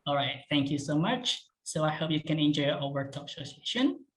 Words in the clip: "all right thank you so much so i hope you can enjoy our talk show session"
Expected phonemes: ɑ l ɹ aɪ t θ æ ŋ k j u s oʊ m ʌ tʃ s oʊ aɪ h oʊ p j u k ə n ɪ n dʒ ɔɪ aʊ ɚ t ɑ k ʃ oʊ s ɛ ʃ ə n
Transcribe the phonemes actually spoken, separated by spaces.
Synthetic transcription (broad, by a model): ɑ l ɹ aɪ t θ æ ŋ k j u s oʊ m ʌ tʃ s oʊ aɪ h oʊ p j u k ə n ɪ n dʒ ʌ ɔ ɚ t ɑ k s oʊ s ɛ ʃ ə n